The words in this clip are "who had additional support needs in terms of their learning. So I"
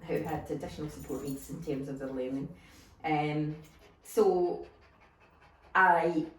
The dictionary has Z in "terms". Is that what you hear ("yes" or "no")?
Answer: yes